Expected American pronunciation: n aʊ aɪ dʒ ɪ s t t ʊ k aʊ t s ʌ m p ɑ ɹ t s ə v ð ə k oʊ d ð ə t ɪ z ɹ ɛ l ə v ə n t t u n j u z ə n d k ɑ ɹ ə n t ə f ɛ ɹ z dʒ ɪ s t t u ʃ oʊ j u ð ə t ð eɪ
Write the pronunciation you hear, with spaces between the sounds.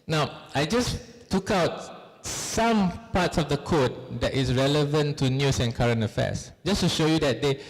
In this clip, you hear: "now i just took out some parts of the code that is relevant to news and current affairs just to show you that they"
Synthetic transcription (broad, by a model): n aʊ aɪ dʒ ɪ s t t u k aʊ t s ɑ m p ɑ t s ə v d ə k oʊ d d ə t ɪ s ɹ ɛ l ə v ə n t t u n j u s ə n k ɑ ɹ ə n ə f ɛ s dʒ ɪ s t t u ʃ oʊ j u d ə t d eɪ